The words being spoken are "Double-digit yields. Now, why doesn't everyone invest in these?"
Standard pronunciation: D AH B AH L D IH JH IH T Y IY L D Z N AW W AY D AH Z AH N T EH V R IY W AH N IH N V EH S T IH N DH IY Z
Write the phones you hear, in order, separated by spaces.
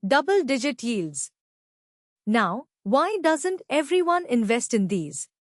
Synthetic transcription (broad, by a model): D AH B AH L D IH JH IH T Y IY L D Z N AW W AY D AH Z AH N T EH V R IY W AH N IH N V EH S T IH N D IY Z